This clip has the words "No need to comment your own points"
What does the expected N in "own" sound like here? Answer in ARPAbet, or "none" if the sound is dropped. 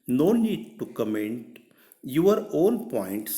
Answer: L